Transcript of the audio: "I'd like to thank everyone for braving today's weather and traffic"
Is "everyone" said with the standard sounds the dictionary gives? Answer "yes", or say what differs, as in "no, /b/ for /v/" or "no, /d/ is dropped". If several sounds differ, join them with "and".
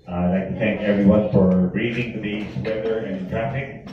yes